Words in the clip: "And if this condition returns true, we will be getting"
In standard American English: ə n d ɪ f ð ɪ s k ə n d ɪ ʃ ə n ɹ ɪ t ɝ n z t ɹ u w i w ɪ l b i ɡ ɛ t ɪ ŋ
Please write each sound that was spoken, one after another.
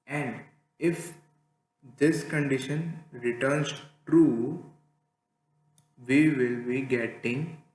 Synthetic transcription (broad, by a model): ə n d ɪ f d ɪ s k ə n d ɪ ʃ ə n ɹ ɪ t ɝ n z t ɹ u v i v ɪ l b i ɡ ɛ t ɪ ŋ